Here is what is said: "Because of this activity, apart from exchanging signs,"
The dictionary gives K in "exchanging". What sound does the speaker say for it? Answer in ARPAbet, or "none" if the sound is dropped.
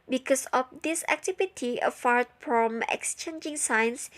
K